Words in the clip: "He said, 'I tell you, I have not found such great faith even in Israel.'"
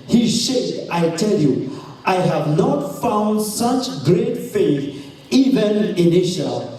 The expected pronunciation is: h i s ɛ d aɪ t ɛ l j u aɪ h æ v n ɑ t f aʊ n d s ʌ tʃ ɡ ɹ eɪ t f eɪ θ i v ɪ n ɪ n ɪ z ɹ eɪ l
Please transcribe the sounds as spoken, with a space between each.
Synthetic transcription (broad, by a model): h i ʃ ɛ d aɪ t ɛ l j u aɪ h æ v n ɑ t f aʊ n d s ʌ tʃ ɡ ɹ eɪ t f eɪ θ i v ɪ n ɪ n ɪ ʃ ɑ l